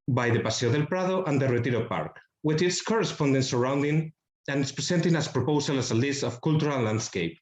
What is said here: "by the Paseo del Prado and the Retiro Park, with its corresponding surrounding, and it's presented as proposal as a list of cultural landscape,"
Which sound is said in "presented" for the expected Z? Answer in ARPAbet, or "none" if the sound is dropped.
S